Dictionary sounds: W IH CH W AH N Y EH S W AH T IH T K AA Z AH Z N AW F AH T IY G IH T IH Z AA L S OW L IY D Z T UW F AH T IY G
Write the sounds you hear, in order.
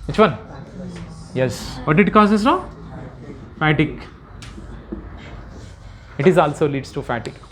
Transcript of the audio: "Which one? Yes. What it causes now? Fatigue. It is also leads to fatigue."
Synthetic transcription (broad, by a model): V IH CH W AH N Y EH S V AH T IH T K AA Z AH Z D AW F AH T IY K IH T IH Z AA L S OW L IY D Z T UW F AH T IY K